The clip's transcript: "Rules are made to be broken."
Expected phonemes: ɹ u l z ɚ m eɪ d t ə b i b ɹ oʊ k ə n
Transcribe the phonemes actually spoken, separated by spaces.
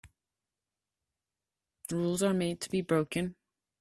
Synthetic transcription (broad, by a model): ɹ u l z ɚ m eɪ d t ə b i b ɹ oʊ k ə n